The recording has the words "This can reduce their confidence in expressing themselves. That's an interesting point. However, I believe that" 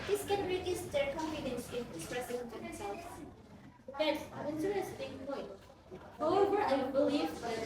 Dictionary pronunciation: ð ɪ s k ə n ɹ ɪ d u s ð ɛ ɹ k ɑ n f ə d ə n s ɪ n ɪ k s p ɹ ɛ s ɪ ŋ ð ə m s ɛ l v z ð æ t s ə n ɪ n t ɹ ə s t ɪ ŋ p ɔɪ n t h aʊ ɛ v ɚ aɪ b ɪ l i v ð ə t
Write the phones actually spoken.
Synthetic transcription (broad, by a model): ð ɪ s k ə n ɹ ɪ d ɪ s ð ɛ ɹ k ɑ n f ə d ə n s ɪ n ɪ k s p ɹ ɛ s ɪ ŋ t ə s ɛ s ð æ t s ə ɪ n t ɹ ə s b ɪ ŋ p ɔɪ n t h aʊ ɛ v ɚ aɪ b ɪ l i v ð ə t